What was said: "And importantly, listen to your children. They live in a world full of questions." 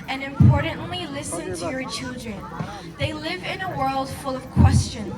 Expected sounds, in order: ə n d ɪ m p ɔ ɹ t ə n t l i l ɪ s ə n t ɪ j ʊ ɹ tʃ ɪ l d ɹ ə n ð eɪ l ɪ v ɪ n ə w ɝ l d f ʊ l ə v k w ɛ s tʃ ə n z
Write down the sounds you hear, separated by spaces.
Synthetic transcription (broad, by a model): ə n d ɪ m p ɔ ɹ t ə n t l i l ɪ s ə n t ɪ j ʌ ɹ tʃ ɪ l d ɹ ə n ð eɪ l ɪ v ɪ n ə w ɝ l d f ʊ l ə v k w ɛ s tʃ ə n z